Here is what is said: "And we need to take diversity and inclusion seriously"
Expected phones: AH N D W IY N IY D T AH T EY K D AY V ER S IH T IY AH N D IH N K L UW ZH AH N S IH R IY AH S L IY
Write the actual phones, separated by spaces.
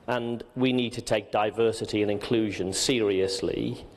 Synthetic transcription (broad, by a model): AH N W IY N IY D T AH T EY K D AY V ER S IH T IY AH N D IH N K L UW ZH AH N S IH R IY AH S L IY